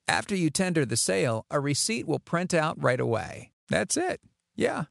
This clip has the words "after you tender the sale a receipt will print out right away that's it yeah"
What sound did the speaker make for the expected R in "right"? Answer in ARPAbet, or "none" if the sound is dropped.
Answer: R